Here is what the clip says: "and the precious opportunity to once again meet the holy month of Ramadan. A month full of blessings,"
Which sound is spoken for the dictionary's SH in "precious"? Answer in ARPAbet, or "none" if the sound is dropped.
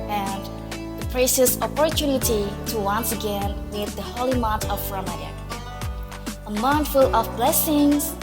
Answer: S